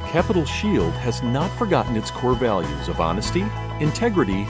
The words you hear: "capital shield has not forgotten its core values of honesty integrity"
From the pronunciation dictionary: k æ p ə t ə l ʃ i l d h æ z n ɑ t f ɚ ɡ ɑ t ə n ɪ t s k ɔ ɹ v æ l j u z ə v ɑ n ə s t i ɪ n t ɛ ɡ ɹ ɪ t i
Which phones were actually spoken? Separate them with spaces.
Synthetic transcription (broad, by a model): k æ p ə t l ʃ i l d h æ z n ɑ t f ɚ ɡ ɑ t n ɪ t s k ɔ ɹ v æ l j u z ə v ɑ n ə s t i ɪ n t ɛ ɡ ɹ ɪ t i